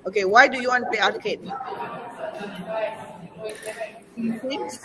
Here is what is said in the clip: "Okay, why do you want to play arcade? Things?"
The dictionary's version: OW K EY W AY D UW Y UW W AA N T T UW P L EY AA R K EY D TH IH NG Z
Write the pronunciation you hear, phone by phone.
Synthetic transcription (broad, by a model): OW K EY W AY D UW Y UW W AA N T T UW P EY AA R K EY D